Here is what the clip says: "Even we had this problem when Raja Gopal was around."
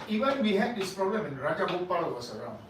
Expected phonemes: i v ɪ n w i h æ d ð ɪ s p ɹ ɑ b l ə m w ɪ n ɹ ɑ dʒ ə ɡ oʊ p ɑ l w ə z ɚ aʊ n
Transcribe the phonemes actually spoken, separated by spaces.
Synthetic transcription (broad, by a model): i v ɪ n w i h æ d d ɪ s p ɹ ɑ b l ə m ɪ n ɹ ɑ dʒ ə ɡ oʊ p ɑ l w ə s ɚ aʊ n